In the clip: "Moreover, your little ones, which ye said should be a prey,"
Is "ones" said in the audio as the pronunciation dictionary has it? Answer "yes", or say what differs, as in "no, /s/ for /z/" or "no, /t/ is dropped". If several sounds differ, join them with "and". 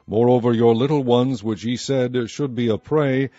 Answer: yes